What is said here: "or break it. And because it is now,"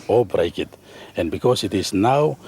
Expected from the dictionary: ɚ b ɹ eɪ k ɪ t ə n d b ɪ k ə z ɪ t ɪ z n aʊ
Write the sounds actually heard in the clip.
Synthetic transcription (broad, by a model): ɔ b ɹ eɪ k ɪ t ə n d b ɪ k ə s ɪ t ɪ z n aʊ